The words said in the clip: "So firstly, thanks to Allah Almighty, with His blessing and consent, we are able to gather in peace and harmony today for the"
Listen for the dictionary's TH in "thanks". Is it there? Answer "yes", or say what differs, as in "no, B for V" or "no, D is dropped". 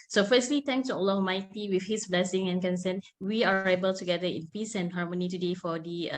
no, T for TH